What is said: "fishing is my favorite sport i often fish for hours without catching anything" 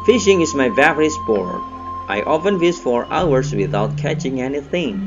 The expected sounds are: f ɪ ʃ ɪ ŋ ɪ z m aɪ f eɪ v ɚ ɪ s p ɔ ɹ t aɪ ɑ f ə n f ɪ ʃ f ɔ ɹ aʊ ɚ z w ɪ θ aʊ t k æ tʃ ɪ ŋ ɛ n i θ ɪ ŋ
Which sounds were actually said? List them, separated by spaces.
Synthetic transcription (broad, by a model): f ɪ ʃ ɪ ŋ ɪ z m aɪ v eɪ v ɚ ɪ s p ɔ ɹ t aɪ ɑ f ə n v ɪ s f ɔ ɹ aʊ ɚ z w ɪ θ aʊ t k æ tʃ ɪ ŋ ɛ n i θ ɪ ŋ